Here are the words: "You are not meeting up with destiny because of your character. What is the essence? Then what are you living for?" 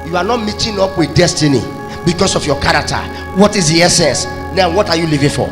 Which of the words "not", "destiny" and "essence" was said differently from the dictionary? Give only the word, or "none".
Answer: essence